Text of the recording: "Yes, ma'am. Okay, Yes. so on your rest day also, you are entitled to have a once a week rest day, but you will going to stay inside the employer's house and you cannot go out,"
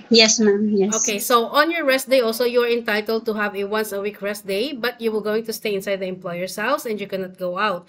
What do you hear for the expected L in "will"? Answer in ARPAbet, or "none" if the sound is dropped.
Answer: L